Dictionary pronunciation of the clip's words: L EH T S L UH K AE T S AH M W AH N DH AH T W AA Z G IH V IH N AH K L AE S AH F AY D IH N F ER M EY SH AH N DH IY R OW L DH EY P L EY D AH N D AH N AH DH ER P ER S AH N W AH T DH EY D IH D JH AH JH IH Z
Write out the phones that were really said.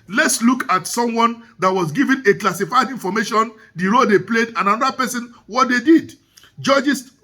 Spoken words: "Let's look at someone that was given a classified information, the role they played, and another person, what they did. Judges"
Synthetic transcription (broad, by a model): L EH T S L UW K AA T S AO M W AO N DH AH T W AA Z G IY V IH N AH K L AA S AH F AY D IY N F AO M EY SH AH N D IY R OW L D EY P L EY D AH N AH N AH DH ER P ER S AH N W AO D EY D IH D JH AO JH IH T